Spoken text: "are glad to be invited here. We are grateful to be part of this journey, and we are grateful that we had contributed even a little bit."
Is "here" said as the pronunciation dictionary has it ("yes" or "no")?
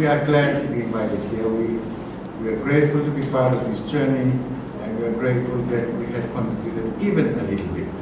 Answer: no